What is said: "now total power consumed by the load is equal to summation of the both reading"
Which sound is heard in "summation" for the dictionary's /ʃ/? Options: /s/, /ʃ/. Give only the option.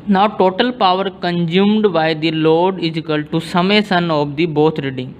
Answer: /s/